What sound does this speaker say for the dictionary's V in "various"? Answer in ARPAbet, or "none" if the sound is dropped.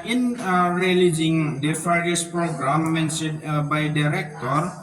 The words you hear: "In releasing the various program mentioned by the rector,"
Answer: F